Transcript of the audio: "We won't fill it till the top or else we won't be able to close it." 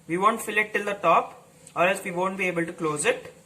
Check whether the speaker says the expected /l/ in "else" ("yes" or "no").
no